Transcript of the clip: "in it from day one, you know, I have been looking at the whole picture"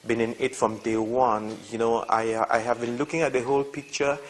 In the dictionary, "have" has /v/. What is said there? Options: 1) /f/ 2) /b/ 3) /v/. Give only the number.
3